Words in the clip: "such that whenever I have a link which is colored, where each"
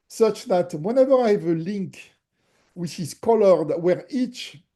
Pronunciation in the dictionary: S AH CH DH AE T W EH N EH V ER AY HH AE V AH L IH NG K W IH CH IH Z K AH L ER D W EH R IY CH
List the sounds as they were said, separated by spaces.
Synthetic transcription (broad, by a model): S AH CH DH AE T W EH N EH V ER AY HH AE V AH L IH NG K W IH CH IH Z K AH L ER D W EH R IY CH